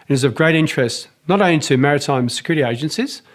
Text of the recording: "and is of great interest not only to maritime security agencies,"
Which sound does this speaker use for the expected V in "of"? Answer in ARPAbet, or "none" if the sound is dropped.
V